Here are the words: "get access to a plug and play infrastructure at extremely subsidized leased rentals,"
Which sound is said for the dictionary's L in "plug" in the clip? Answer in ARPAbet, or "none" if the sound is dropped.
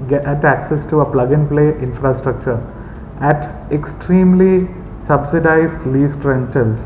L